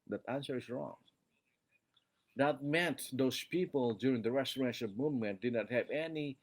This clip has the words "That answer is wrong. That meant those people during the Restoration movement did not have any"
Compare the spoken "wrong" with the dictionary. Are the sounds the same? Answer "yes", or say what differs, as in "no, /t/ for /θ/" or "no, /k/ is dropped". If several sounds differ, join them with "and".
yes